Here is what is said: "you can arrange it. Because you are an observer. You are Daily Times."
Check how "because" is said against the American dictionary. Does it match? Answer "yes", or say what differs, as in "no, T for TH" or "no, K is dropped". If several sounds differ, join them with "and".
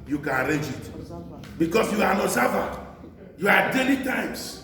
no, S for Z